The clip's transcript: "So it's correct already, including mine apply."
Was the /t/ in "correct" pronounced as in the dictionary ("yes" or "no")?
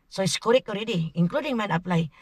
no